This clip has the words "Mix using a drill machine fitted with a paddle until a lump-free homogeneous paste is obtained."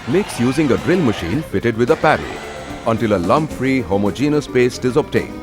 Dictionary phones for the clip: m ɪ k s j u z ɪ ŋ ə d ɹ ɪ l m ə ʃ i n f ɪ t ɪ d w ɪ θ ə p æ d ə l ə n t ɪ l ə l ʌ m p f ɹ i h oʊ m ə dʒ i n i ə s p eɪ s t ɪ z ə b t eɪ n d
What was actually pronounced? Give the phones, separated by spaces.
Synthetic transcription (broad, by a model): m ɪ k s j u z ɪ ŋ ə d ɹ ɪ l m ə ʃ i n f ɪ t ɪ d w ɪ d ə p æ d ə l ə n t ɪ l ə l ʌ m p f ɹ i h oʊ m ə dʒ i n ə s p eɪ s t ɪ z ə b t eɪ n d